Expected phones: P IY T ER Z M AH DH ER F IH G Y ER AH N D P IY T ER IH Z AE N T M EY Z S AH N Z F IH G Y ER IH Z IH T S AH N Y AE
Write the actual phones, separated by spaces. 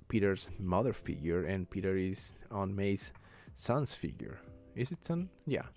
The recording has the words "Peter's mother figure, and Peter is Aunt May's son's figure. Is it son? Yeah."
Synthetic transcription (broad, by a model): P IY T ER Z M AH DH ER F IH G Y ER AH N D P IY T ER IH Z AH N M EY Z S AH N S F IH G Y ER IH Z IH T S AH N Y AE